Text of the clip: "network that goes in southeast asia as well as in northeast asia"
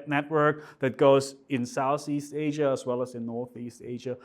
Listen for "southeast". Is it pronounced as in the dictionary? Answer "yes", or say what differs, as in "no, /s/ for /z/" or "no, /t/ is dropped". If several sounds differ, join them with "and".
yes